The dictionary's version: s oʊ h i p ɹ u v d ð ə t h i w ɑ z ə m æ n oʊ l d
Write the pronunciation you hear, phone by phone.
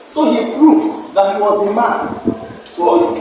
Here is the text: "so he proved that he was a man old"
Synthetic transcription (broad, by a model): s oʊ h i p ɹ u v d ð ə t h i w ɑ z ə m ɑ n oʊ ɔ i